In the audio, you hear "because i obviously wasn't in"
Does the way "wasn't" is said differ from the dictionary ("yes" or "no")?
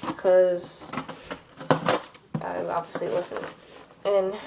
yes